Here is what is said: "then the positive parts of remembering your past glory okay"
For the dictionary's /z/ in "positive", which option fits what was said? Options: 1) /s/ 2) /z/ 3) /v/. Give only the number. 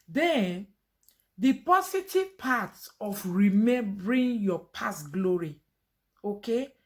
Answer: 1